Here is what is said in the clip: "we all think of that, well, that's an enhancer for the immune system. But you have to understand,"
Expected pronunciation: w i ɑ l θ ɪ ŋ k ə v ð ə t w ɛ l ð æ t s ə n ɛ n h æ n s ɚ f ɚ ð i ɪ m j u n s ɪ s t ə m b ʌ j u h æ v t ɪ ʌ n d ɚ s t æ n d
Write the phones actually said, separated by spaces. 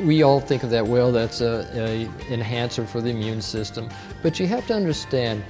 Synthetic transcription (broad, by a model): w i ɑ l θ ɪ ŋ k ə v ð ə t w ɛ l ð æ t s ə ɛ n h æ n s ɚ f ɚ ð i ɪ m j u n s ɪ s t ə m b ʌ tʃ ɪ h æ f t ɪ ʌ n d ɚ s t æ n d